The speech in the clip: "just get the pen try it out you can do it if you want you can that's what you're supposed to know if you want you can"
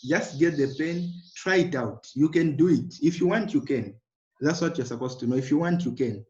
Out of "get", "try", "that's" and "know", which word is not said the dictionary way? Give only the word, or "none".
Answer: none